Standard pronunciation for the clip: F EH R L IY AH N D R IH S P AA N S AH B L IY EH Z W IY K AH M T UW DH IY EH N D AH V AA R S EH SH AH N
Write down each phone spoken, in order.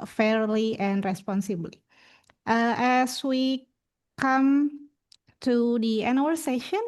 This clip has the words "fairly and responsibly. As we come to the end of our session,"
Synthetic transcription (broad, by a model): F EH R L IY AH N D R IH S P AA N S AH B L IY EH S W IY K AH M T UW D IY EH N AH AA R S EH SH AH N